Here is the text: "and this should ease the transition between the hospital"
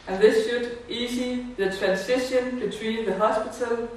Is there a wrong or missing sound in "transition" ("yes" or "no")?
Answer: yes